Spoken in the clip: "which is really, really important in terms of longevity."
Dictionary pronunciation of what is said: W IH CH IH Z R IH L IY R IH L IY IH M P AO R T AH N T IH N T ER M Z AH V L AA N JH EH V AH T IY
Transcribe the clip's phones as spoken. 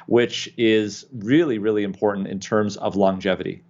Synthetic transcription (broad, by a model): W IH CH IH Z R IH L IY R IH L IY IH M P AO R T N T IH N T ER M Z AH V L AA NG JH EH V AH T IY